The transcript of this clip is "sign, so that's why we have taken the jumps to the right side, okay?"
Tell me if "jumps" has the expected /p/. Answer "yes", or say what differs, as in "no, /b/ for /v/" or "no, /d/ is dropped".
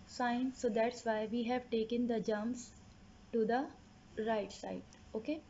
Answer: no, /p/ is dropped